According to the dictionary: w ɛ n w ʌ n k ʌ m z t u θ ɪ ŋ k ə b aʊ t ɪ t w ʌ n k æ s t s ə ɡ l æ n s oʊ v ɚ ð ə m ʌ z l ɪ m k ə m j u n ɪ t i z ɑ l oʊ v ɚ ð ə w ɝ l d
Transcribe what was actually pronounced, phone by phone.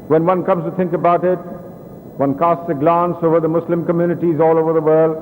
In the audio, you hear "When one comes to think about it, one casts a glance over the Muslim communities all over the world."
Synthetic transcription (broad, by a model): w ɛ n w ʌ n k ʌ m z t u t ɪ ŋ k ə b aʊ t ɪ t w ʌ n k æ s t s ə ɡ l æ n s oʊ v ɚ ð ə m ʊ s l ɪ m k ə m j u n ɪ t i z ɑ l oʊ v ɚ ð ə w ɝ l d